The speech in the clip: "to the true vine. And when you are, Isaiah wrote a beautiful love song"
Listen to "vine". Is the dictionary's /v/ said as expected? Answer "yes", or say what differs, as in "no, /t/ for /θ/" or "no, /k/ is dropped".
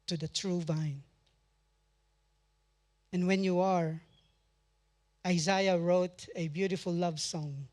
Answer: yes